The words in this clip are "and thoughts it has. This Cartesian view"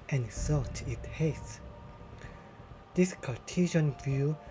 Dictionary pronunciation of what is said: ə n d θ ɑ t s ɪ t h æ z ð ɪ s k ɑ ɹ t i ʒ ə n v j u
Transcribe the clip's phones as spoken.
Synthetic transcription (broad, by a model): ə n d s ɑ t ɪ t h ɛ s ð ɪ s k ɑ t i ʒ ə n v j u